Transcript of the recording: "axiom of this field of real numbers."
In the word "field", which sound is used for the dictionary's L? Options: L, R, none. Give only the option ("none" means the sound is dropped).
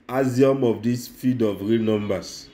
none